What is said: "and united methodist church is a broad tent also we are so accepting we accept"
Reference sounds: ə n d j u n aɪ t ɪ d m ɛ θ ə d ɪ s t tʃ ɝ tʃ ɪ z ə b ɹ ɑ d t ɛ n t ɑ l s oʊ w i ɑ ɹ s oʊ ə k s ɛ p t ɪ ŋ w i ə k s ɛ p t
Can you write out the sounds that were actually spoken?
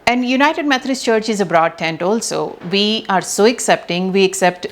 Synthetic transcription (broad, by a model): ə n d j u n aɪ t ɪ d m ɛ t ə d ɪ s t tʃ ɝ tʃ ɪ z ə b ɹ ɑ d t ɛ n t ɑ l s oʊ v i ɑ ɹ s oʊ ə k s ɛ p t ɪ ŋ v i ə k s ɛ p t